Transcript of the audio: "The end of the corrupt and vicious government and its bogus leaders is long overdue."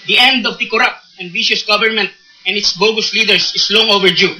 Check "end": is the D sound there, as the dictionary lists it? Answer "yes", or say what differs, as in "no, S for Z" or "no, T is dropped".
yes